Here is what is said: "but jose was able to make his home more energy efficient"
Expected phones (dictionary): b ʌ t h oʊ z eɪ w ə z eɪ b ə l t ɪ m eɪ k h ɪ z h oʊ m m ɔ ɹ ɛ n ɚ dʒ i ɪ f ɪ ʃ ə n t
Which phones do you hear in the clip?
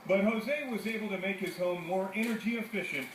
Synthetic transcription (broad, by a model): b ʌ t h oʊ z eɪ w ə z eɪ b l t ɪ m eɪ k h ɪ z h oʊ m m ɔ ɹ ɛ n ɚ dʒ i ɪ f ɪ ʃ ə n t